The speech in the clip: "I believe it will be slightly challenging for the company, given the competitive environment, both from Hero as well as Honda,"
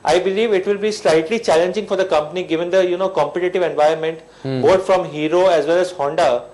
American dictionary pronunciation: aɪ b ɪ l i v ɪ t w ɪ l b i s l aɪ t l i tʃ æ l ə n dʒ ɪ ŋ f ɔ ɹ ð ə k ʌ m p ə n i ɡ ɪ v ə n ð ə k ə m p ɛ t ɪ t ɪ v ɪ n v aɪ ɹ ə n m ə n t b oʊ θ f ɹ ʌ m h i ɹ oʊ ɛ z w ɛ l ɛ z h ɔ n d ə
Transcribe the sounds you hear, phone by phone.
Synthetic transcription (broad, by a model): aɪ b ɪ l i v ɪ t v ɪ l b i s l aɪ t l i tʃ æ l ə n dʒ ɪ ŋ f ɔ ɹ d ə k ʌ m p ə n i ɡ ɪ v ə n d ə k ə m p ɛ t ɪ t ɪ v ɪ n v aɪ ə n m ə n t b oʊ t f ɹ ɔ m h i ɹ oʊ ɛ z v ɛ l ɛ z h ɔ n d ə